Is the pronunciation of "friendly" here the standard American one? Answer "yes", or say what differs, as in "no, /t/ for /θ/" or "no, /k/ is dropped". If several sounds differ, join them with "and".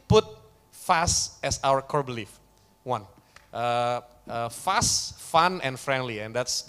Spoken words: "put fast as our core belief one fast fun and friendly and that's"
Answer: yes